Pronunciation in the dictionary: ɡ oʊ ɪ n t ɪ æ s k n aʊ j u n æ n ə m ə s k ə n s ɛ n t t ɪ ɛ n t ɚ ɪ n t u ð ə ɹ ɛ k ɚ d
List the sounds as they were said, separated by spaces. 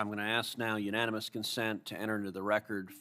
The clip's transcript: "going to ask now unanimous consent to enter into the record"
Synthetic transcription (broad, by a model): ɡ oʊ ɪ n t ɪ æ s k n aʊ j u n æ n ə m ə s k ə n s ɛ n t t ɪ ɛ t ɚ ɪ n t u ð ə ɹ ɛ k ɚ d